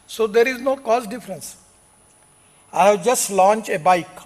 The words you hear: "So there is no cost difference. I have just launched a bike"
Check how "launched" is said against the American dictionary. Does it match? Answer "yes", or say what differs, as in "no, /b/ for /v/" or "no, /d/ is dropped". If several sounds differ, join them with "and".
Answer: no, /t/ is dropped